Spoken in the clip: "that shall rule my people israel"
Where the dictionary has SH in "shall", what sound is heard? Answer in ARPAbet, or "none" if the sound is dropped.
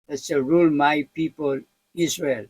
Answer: S